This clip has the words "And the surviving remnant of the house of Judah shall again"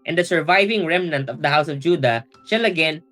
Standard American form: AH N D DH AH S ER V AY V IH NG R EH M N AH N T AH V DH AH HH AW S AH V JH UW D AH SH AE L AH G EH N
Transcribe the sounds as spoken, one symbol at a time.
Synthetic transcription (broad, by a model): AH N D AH S ER V AY V IH NG R EH M N AH N T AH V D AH HH AW S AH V JH UW D AH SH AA L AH G EH N